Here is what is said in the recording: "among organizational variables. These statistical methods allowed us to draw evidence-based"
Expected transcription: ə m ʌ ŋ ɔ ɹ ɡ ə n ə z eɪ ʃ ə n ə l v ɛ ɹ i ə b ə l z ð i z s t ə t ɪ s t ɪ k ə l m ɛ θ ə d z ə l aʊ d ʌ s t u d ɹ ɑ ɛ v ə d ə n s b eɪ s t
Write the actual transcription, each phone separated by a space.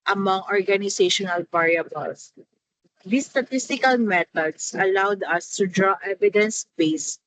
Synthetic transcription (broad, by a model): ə m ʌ ŋ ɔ ɹ ɡ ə n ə s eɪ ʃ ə n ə l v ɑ ɹ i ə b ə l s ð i s t ə t ɪ s t ɪ k ə l m ɛ t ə d s ə l aʊ d ʌ s t u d ɹ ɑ ɛ v ə d ə n s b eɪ s